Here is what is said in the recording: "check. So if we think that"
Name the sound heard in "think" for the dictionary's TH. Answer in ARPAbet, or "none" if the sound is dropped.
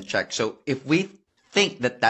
TH